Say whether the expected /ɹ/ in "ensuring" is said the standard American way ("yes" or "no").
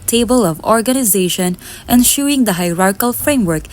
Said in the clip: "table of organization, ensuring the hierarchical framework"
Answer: no